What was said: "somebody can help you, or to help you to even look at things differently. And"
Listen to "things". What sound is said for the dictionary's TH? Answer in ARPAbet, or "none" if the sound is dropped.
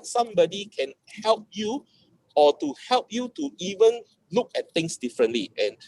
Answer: T